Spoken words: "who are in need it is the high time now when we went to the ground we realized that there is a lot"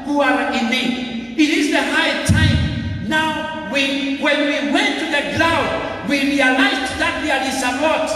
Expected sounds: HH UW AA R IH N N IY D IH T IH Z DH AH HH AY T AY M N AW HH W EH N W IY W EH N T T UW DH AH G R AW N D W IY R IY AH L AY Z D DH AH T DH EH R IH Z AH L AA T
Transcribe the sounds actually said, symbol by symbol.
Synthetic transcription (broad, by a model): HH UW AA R IH N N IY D IH T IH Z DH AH HH AY T AY M N AW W W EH N W IY W EH N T T UW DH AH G L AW D W IY R IY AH L AY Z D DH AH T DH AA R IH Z AH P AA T